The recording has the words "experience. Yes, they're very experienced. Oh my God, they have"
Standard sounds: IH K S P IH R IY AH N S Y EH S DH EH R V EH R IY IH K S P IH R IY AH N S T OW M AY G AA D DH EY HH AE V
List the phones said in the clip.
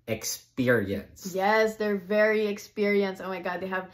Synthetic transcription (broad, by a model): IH K S P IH R IY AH N S Y EH S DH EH R V EH R IY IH K S P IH R IY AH N S OW M AY G AA D DH EY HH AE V